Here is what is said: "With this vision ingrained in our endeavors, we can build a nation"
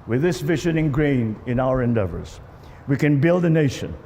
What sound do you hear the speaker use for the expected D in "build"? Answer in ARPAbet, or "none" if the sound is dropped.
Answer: D